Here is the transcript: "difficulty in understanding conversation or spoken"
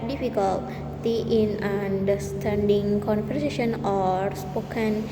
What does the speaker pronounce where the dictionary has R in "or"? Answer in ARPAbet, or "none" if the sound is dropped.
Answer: R